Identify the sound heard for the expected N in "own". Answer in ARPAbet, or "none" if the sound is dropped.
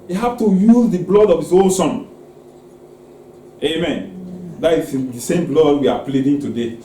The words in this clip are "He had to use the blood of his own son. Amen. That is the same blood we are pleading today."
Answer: L